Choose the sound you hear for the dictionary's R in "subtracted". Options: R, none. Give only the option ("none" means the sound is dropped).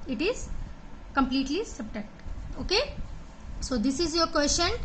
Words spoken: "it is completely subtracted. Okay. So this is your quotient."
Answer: none